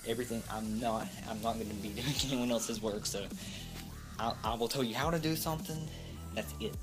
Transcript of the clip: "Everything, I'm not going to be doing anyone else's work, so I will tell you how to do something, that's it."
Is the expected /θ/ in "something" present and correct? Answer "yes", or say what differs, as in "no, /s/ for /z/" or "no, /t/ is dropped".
yes